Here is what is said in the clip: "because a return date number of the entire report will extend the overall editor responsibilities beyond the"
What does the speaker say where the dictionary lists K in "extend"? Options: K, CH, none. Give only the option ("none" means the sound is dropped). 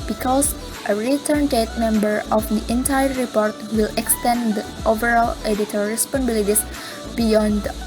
K